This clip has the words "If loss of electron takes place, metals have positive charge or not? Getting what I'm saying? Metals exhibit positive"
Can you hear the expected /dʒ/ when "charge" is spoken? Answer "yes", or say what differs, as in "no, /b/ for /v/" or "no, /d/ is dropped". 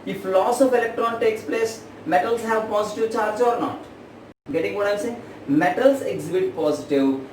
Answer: yes